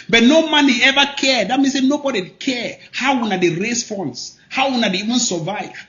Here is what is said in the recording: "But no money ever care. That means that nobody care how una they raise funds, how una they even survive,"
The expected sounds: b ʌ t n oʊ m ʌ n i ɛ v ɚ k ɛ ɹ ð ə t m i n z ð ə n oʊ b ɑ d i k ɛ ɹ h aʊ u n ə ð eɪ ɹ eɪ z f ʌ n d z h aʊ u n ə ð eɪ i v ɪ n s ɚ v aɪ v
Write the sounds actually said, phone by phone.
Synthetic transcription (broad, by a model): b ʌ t n oʊ m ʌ n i ɛ v ɚ k ɛ ɹ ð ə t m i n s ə n oʊ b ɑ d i k ɛ ɹ h aʊ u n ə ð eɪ ɹ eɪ s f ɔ n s h aʊ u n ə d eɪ i v ɪ n s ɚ v aɪ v